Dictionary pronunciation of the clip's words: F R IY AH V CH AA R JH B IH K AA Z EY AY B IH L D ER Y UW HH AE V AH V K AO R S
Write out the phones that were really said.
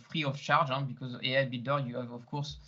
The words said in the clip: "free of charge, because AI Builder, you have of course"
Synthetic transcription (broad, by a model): F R IY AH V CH AA R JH B IH K AA Z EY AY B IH D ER Y UW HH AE V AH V K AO R S